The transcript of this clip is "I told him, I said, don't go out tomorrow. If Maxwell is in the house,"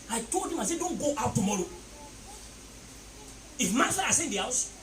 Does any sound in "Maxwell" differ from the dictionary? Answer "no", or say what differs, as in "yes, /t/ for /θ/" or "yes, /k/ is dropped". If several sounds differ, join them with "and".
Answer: yes, /k/ is dropped